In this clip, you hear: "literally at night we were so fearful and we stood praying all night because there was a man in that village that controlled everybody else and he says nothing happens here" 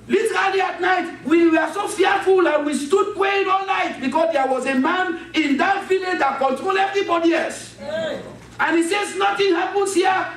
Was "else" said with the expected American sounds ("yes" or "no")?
no